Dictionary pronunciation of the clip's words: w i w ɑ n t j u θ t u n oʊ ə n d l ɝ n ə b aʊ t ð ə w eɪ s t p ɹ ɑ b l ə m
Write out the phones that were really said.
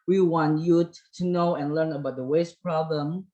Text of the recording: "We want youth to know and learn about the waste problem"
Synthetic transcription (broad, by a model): w i w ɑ n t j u t t u n oʊ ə n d l ɝ n ə b aʊ t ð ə w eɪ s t p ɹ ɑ b l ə m